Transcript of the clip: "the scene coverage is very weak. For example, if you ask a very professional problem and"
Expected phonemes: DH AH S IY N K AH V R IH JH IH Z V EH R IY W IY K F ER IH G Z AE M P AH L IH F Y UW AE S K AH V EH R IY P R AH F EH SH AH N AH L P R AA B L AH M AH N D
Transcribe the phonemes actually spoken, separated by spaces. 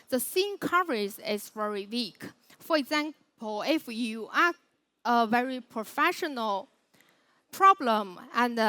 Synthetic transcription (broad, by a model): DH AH S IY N K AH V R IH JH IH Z V EH R IY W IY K F ER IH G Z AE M P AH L IH F Y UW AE K AH V EH R IY P R AH F EH SH AH N AH L P R AA B L AH M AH N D